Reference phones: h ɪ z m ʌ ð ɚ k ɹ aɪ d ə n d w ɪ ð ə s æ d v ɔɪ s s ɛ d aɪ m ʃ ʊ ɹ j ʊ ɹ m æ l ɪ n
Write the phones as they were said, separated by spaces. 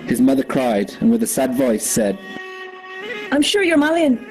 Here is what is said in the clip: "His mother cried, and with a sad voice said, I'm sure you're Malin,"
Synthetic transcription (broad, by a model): h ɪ z m ʌ ð ɚ k ɹ aɪ d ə n w ɪ ð ə s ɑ d v ɔɪ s s ɛ d aɪ m ʃ ʊ ɹ j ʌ ɹ m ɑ l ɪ n